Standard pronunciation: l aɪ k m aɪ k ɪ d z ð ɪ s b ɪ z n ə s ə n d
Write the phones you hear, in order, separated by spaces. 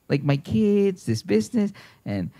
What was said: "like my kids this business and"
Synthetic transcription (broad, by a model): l aɪ k m aɪ k ɪ d z ð ɪ s b ɪ z n ə s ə n